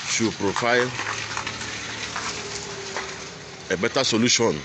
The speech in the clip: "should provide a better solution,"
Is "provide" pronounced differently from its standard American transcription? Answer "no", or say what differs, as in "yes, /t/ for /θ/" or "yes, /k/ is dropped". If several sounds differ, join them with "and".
yes, /f/ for /v/